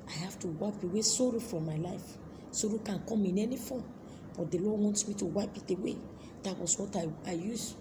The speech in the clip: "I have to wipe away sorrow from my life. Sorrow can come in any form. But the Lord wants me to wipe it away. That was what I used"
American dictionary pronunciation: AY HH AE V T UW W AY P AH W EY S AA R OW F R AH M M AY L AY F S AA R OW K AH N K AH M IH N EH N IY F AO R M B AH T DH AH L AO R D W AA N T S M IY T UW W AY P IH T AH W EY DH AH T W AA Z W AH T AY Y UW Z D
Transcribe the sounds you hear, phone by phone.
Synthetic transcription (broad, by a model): AY HH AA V T UW W AY P AH W EY S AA R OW F R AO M M AY L AY F S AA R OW K AH N K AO M IH N EH N IY F AO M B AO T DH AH L AO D W AA N T S M IY T UW W AY P IH T AH W EY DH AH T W AA S W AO T AY Y UW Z